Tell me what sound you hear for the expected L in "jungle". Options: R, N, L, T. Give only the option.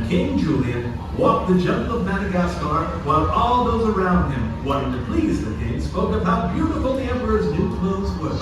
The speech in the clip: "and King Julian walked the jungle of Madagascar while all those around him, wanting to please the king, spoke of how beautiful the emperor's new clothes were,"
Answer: N